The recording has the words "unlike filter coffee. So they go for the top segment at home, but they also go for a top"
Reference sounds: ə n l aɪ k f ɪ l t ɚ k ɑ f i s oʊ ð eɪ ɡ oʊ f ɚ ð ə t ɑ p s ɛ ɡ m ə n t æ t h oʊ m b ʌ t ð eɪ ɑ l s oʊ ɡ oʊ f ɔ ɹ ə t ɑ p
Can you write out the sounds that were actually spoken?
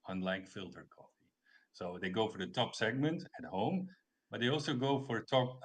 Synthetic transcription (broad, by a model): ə n l aɪ k f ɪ l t ɚ k ɑ f i s oʊ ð eɪ ɡ oʊ f ɚ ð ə t ɑ p s ɛ ɡ m ə n t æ t h oʊ m b ʌ t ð eɪ ɑ l s oʊ ɡ oʊ f ɔ ɹ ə t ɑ p